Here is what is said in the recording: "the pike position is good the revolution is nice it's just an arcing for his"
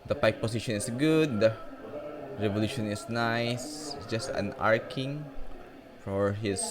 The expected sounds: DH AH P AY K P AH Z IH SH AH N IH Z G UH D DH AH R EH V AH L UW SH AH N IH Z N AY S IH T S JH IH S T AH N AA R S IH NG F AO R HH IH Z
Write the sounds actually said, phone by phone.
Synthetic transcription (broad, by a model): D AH P AY K P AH S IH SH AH N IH S G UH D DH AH R EH V AH L UW SH AH N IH S N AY IH S JH IH S T AH N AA R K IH NG F AO R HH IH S